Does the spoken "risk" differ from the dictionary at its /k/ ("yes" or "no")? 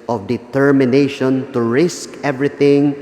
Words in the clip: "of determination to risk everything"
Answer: no